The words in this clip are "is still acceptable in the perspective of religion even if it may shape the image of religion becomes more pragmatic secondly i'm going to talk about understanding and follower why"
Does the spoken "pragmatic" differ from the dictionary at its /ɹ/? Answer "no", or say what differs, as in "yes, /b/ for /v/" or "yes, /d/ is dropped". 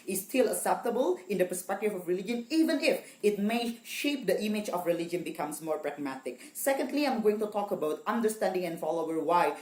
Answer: no